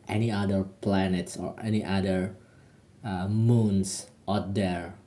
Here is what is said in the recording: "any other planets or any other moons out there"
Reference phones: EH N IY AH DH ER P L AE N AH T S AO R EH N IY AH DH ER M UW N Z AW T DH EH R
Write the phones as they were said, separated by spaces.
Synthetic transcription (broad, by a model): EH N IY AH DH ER P L AE N AH T S AO R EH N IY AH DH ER M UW N S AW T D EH R